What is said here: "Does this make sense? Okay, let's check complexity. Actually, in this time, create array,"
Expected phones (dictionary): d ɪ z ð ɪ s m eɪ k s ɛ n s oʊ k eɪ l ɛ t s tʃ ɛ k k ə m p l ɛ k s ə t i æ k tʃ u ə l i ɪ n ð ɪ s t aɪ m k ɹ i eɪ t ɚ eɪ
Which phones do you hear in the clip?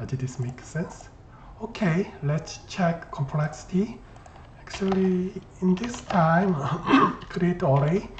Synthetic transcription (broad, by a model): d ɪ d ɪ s m eɪ k s ɛ n s oʊ k eɪ l ɛ t s tʃ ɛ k k ə m p l ɛ k s ə t i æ k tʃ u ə l i ɪ n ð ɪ s t aɪ m k ɹ i eɪ t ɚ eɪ